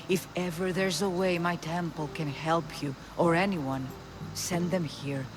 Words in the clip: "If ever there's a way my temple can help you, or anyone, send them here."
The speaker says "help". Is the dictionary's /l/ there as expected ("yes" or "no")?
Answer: yes